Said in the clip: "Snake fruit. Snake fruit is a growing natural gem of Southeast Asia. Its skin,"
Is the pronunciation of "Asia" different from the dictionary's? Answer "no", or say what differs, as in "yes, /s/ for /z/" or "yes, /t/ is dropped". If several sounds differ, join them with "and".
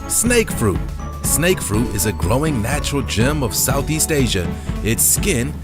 no